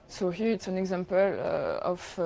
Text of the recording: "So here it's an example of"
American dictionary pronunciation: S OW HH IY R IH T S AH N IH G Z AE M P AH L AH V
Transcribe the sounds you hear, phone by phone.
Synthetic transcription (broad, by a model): S OW HH IY R IH T S AH N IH G Z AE M P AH L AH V